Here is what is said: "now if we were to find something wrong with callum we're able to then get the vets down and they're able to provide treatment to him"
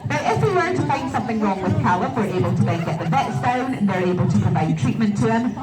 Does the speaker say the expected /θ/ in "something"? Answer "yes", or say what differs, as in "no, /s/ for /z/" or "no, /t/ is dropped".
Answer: yes